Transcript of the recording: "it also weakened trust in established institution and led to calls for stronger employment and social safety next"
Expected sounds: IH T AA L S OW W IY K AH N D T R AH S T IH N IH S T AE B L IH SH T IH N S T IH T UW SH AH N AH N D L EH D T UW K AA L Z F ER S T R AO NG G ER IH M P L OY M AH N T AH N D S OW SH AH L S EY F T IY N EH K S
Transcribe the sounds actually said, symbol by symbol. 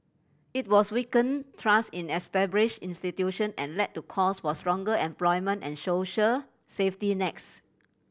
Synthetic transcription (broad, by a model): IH T AA S W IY K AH N T R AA S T IH N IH S T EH B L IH SH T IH N S T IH T UW SH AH N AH N L EH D T UW K AA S F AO S T R AO NG G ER IH M P L OY M AH N T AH N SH OW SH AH S EY F T IY N EH K S